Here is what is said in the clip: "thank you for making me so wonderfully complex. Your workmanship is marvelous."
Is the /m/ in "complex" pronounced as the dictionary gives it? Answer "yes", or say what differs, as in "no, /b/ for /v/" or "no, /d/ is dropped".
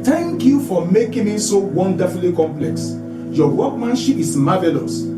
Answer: yes